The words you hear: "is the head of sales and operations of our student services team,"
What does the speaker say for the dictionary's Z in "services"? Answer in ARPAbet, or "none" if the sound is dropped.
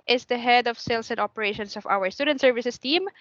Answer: S